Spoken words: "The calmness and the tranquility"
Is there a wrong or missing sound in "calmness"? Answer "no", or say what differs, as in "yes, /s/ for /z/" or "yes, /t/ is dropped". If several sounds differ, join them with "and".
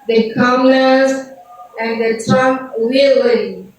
yes, /m/ is dropped